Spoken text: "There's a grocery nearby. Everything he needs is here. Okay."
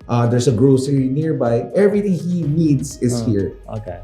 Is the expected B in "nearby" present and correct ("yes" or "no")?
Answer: yes